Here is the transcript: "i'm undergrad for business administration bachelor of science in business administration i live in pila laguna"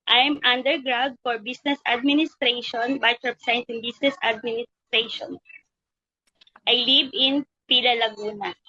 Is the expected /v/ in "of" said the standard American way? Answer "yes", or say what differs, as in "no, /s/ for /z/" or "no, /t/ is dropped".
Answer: no, /p/ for /v/